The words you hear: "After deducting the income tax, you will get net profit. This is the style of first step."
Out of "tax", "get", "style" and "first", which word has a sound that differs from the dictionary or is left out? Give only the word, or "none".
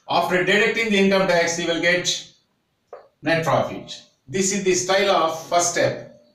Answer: first